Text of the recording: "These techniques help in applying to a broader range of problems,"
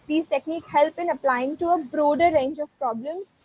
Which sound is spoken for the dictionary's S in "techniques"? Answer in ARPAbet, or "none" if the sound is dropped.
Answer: none